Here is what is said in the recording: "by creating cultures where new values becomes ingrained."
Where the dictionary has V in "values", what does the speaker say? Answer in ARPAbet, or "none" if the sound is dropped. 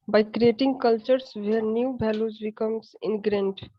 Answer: B